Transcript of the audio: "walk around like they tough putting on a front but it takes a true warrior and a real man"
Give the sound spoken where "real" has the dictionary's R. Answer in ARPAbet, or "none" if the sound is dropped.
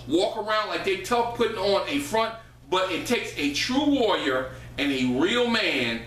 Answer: R